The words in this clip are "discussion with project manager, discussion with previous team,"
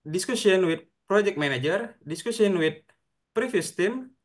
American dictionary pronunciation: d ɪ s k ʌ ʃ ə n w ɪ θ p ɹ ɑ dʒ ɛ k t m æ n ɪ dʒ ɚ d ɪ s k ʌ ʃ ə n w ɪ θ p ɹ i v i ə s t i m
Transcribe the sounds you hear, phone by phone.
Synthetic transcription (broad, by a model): d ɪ s k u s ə n w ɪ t p ɹ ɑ dʒ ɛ k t m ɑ n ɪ dʒ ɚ d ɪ s k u s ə n w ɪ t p ɹ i f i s t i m